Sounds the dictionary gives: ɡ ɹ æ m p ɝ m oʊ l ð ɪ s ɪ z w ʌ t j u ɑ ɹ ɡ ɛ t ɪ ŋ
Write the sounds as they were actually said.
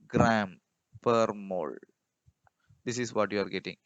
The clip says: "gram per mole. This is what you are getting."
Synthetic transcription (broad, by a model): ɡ ɹ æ m p ɝ m oʊ l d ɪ s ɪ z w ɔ t j u ɑ ɹ ɡ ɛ t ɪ ŋ